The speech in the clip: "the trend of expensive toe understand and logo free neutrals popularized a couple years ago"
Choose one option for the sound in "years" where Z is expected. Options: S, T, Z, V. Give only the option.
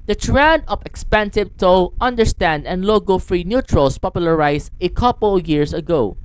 S